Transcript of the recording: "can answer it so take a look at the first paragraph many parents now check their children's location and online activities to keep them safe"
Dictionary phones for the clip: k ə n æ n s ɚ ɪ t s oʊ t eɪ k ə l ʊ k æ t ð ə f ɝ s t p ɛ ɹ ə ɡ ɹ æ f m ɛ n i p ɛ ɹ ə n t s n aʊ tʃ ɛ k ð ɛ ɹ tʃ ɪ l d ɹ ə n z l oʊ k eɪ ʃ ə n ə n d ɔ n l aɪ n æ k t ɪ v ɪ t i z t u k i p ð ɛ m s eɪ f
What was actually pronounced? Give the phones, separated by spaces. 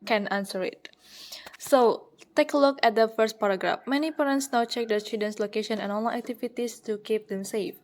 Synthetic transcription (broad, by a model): k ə n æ n s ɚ ɪ t s oʊ t eɪ k ə l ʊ k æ t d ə f ɝ s t p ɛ ɹ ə ɡ ɹ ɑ f m ɛ n i p ɛ ɹ ə n t s n aʊ tʃ ɛ k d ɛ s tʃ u d ə n s l oʊ k eɪ ʃ ə n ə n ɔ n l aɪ æ k t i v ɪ t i s t u k i p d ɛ m s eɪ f